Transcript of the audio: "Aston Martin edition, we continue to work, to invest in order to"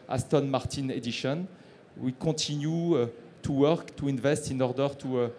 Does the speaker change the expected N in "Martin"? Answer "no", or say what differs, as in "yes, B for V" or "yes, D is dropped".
no